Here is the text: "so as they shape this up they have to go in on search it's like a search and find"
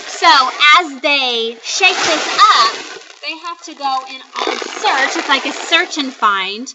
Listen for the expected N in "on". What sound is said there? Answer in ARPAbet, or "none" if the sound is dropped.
L